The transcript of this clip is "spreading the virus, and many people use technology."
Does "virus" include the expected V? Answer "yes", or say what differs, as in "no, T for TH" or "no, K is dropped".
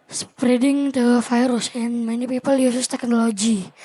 no, F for V